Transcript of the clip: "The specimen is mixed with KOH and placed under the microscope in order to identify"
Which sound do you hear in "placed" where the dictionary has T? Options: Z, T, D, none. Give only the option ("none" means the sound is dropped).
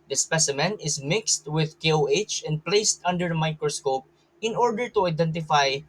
T